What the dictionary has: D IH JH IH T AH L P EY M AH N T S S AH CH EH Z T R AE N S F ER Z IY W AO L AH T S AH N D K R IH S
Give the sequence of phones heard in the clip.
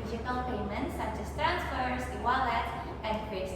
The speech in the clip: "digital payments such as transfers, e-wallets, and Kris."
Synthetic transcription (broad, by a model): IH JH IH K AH L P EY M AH N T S S AH CH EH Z T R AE N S F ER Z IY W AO L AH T AH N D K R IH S